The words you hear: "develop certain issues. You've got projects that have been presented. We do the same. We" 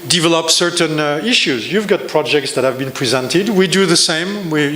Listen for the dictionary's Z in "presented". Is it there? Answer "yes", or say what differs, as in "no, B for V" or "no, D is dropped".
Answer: yes